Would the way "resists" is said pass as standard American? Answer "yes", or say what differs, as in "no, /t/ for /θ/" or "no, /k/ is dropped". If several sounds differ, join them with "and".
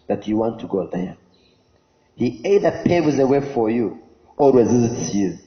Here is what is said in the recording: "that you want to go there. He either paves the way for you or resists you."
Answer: yes